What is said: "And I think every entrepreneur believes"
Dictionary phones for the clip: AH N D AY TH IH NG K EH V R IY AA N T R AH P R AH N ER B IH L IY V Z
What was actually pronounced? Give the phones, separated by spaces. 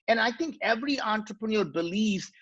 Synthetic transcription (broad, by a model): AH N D AY T IH NG K EH V R IY AA N T R AH P R AH N ER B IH L IY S